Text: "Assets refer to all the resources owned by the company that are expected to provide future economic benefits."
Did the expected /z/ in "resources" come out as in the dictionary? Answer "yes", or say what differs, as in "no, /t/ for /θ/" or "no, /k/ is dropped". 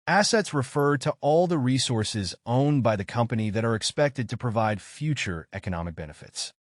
yes